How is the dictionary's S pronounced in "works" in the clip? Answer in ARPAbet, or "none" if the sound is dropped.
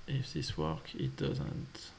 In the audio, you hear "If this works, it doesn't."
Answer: none